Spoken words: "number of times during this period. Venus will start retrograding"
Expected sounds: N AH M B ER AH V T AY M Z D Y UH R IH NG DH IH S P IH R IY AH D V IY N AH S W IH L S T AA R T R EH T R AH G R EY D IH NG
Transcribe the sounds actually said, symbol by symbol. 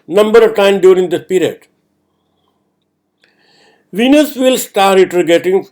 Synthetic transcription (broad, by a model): N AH M B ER AH V T AY M D Y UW R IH NG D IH P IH R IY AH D V IY N AH S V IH L S T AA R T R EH T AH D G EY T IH NG